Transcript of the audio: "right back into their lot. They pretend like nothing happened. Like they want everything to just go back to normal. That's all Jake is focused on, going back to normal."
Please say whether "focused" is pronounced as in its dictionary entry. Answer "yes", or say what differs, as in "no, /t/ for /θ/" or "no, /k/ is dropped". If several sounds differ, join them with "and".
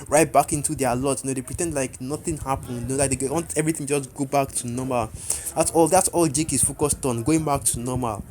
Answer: yes